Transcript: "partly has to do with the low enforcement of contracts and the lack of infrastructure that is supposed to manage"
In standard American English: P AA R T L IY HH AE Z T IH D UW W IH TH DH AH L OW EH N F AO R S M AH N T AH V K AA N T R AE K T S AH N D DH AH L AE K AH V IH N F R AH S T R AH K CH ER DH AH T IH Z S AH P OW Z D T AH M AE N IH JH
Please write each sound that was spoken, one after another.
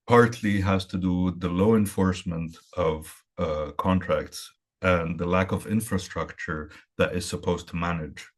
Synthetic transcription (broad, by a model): P AA R T L IY HH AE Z T IH D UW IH DH AH L OW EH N F AO R S M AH N T AH V K AA N T R AE K T S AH N DH AH L AE K AH V IH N F R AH S T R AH K CH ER DH AH T IH Z S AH P OW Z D T AH M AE N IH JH